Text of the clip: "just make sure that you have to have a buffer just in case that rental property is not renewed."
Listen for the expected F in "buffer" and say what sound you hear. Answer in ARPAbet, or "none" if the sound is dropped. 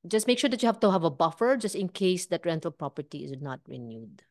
F